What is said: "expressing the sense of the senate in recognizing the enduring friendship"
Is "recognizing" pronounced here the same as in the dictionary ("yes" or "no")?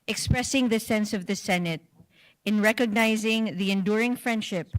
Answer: yes